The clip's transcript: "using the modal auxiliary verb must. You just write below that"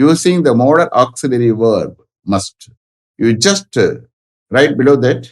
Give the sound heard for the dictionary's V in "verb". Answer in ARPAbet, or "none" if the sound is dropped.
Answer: V